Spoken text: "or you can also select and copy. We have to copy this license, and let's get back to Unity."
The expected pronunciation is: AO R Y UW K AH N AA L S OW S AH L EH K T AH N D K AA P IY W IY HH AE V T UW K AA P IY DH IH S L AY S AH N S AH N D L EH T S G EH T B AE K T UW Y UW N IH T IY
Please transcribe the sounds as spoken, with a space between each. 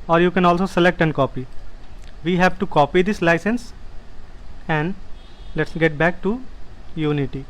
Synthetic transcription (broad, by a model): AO R Y UW K AH N AA L S OW S AH L EH K T AH N D K AA P IY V IY HH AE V T UW K AA P IY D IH S L AY S AH N S AH N D L EH T S G EH T B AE K T UW Y UW N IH T IY